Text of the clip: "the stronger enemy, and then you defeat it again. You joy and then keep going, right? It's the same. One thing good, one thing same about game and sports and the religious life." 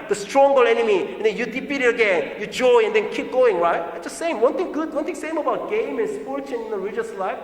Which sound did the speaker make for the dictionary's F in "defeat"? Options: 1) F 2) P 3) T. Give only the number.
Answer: 2